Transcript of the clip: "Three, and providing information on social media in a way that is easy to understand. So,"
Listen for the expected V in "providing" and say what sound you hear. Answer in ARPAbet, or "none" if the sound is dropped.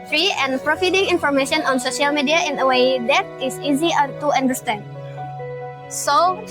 F